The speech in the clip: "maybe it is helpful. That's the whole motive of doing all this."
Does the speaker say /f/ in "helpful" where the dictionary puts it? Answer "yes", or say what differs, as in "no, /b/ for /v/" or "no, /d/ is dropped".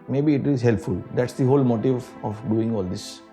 yes